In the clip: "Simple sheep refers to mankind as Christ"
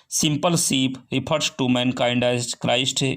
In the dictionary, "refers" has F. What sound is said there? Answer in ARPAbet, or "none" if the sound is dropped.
P